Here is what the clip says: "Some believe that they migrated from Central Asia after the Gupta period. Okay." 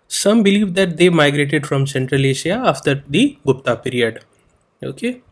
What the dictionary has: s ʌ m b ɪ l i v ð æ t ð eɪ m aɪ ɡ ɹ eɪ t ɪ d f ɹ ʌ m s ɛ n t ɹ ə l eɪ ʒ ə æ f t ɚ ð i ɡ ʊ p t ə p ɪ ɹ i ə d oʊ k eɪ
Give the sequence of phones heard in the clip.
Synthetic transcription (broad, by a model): s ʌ m b ɪ l i v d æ t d eɪ m aɪ ɡ ɹ eɪ t ɪ d f ɹ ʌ m s ɛ n t ɹ ə l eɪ ʃ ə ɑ f t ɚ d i ɡ ʊ p t ə p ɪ ɹ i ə d oʊ k eɪ